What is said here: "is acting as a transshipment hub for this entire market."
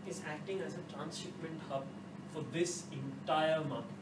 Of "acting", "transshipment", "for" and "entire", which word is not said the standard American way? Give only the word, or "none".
transshipment